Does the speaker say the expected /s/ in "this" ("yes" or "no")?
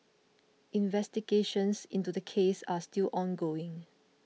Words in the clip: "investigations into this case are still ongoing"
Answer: no